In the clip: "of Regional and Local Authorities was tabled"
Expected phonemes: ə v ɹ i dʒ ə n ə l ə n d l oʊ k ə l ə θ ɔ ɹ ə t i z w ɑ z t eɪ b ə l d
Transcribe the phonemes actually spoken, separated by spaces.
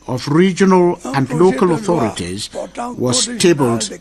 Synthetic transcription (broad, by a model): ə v ɹ i dʒ ə n ə l ə n d l oʊ k ə l ə θ ɔ ɹ ə t i z w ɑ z t eɪ b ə l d